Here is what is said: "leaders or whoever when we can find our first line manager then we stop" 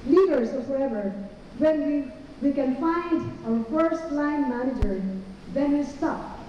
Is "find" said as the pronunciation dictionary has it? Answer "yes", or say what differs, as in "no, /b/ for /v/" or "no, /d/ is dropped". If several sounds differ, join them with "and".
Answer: yes